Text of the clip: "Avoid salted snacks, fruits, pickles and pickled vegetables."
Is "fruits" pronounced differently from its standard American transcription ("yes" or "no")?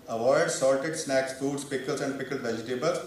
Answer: yes